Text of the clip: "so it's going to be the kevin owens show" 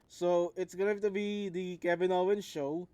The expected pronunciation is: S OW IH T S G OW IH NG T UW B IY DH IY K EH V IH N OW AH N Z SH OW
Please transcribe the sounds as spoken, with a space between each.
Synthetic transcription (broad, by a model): S OW IH T S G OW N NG T UW B IY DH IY K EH B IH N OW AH N SH OW